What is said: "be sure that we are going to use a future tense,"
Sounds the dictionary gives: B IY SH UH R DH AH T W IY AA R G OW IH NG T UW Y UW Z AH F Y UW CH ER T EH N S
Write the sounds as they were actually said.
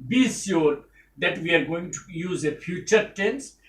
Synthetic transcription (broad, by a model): B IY S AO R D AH T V IY AA R G OW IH NG T UW Y UW Z AH F Y UW CH ER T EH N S